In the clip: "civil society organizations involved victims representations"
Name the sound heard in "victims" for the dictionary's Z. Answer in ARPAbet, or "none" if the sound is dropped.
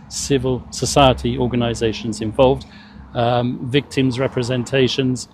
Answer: Z